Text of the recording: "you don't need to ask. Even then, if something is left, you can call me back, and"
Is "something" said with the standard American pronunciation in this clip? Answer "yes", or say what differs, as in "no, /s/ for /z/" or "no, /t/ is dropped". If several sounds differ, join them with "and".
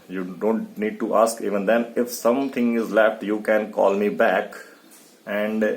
no, /t/ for /θ/